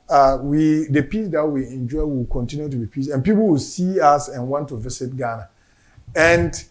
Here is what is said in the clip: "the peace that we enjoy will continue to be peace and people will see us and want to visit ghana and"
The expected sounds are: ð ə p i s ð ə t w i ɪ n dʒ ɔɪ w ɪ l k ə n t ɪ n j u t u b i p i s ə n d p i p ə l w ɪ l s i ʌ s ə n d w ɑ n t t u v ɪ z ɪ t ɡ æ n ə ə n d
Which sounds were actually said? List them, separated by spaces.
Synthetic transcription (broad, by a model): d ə p i s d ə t w i ɪ n dʒ ɔɪ w ɪ l k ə n t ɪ n j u t u b i p i s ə n p i p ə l w ɪ l s i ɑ s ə n w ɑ n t t u v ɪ s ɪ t ɡ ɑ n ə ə n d